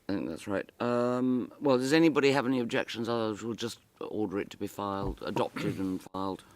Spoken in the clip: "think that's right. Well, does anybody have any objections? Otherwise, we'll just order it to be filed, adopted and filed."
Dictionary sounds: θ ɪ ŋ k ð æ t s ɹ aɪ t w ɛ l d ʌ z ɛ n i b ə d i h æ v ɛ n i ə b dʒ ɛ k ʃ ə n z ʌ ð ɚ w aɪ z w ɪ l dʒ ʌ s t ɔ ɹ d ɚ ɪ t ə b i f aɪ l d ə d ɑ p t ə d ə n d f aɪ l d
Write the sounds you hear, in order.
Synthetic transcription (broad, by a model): θ ɪ ŋ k ð æ t s ɹ aɪ t w ɛ l d ʌ z ɛ n i b ə d i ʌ v ɛ n i ə b dʒ ɛ k ʃ ə n z ʌ ð ɚ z w ɪ l dʒ ʌ s t ɔ ɹ d ɚ ɪ t ə b i f aɪ l d ə d ɑ p t ə d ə n f aɪ l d